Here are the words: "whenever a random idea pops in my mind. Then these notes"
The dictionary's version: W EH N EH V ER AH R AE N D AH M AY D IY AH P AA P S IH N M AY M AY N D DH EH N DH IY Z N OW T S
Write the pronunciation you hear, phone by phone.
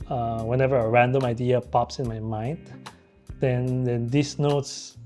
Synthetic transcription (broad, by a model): W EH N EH V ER AH R AE N D AH M AY D IY AH P AA P S IH N M AY M AY N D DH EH N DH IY S N OW T S